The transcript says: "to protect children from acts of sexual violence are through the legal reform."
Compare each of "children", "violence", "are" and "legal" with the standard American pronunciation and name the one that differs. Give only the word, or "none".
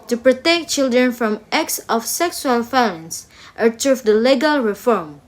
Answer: violence